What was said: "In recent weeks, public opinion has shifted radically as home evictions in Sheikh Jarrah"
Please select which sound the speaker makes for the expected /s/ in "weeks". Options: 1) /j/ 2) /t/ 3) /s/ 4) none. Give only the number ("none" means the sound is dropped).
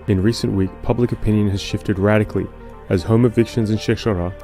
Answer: 4